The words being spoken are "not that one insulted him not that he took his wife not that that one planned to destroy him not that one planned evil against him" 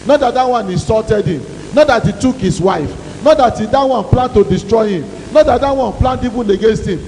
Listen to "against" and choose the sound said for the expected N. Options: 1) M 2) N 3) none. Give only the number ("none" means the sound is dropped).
2